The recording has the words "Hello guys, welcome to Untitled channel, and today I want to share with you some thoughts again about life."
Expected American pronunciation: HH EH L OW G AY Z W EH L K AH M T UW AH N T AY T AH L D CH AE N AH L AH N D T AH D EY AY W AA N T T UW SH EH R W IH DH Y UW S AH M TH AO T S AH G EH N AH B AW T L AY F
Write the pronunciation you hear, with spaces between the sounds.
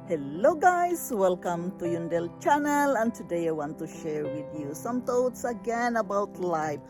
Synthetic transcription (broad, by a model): HH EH L OW G AY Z W EH L K AH M T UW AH N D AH L CH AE N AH L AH N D T AH D EY AY W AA N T T UW SH EH R W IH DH Y UW S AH M T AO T S AH G EH N AH B AW T L AY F